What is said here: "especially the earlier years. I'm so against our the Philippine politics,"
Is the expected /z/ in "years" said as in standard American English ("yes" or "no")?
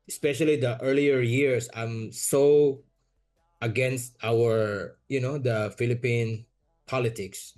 no